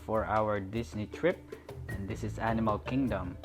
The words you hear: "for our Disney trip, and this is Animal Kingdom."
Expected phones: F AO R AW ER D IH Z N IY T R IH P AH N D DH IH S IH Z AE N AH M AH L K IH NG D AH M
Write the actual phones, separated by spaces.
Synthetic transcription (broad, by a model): F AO R AW ER D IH S N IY T R IH P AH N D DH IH S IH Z AE N AH M AH L K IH NG D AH M